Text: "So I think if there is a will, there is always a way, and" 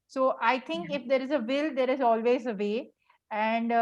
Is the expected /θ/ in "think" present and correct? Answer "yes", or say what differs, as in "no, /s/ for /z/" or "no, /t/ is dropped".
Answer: no, /t/ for /θ/